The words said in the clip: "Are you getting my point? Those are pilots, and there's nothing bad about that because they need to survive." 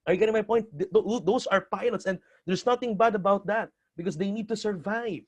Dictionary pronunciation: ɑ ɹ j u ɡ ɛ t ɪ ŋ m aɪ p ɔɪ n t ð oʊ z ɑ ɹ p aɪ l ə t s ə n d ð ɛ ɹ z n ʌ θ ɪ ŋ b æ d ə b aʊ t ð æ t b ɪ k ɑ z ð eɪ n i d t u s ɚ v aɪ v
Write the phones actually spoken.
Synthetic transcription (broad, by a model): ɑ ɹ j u ɡ ɛ t ɪ ŋ m aɪ p ɔɪ n t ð oʊ s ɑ ɹ p aɪ l ə t s ə n d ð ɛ ɹ s n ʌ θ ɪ ŋ b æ d ə b aʊ t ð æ t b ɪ k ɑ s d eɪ n i d t u s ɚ v aɪ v